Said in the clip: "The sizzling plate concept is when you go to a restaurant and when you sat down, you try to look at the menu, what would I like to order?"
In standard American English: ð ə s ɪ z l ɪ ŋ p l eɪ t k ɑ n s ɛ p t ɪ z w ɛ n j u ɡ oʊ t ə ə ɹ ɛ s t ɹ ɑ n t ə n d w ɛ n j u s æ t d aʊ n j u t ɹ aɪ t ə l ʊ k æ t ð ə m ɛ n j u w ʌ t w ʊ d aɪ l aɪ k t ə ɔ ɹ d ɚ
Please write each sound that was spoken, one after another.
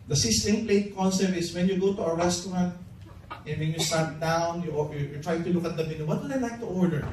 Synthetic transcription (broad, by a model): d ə s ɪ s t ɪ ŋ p l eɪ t k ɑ n s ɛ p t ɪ s w ɛ n j u ɡ oʊ t ə ə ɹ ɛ s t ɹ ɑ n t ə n w ɛ n j u s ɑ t d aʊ n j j t ɹ aɪ t ə l ʊ k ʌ t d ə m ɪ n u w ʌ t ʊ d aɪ n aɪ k t ə ɔ ɹ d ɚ